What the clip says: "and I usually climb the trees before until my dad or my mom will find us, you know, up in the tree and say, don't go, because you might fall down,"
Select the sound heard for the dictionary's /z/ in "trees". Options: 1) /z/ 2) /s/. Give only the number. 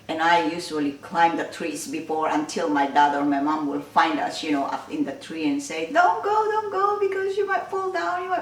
2